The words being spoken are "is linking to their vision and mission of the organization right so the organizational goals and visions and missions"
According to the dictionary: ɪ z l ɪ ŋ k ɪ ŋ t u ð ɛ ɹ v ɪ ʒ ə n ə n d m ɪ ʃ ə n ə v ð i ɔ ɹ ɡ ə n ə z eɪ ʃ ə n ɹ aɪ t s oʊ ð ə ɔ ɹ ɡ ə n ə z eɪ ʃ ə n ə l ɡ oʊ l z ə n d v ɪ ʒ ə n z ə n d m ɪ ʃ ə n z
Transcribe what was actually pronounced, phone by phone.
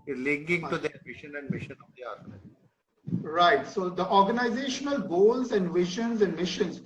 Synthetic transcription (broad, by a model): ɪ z l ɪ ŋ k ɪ ŋ t u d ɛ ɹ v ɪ ʃ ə n ə n d m ɪ ʃ ə n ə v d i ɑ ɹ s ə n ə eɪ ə ɹ aɪ t s oʊ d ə ɔ ɹ ɡ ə n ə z eɪ ʃ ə n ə l ɡ oʊ l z ə n d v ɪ ʃ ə n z ə n d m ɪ ʃ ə n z